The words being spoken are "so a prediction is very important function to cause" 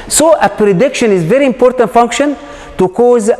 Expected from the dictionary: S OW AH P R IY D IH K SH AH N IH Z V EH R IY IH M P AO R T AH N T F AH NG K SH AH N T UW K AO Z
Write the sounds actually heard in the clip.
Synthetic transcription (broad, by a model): S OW AH P R IY D IH K SH AH N IH Z V EH R IY IH M P AO R T AH N T F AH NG K SH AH N T UW K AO Z